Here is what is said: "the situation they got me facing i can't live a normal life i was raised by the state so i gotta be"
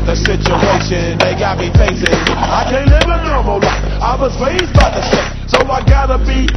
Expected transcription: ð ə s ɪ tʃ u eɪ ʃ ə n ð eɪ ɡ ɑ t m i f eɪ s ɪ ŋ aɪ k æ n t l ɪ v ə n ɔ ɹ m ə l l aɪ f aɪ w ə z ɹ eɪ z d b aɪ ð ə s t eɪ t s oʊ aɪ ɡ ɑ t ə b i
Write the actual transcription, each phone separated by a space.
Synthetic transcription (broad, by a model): ð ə s ɪ tʃ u eɪ ʃ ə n ð eɪ ɡ ɑ t m i p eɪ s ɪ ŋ aɪ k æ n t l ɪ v ə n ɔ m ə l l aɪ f aɪ w ə z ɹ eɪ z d b aɪ ð ə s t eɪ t s oʊ aɪ ɡ ɑ t ə b i